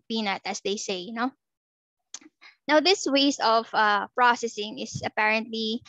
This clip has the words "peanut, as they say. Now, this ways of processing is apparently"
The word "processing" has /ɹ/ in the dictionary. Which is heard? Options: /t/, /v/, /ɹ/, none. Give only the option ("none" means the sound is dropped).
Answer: /ɹ/